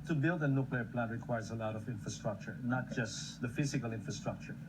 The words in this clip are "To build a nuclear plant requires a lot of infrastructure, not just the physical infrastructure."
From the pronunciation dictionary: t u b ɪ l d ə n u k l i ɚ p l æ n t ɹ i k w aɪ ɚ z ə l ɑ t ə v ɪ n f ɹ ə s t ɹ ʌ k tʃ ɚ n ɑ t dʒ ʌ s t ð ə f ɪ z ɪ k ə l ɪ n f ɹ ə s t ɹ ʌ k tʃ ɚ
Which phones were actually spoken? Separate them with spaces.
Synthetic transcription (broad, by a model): t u b ɪ l d ə n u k l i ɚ p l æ n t ɹ i k w aɪ ɚ z ə l ɑ t ə v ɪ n f ɹ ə s t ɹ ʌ k tʃ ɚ n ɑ t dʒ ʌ s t ð ə f ɪ z ɪ k ə l ɪ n f ɹ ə s t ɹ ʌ k tʃ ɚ